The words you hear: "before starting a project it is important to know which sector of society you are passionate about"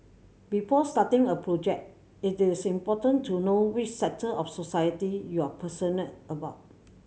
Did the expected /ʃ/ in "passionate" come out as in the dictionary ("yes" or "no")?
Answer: no